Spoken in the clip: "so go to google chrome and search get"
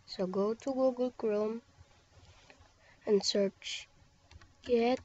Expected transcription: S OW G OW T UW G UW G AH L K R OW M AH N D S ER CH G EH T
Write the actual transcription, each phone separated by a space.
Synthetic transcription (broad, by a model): S OW G OW T UW G UW G AH L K R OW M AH N S ER CH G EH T